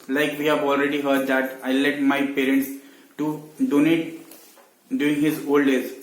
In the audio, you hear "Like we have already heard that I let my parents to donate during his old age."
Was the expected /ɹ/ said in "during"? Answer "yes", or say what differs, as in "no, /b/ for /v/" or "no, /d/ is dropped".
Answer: no, /ɹ/ is dropped